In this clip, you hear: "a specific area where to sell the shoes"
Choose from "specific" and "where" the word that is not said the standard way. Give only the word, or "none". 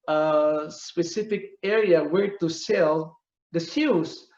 none